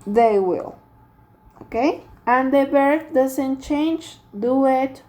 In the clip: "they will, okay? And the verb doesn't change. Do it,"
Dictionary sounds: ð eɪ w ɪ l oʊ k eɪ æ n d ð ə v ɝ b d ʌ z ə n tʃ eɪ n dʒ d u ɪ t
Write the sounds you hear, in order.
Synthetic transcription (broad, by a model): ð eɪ w ɪ l oʊ k eɪ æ n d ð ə b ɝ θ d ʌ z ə n tʃ eɪ n dʒ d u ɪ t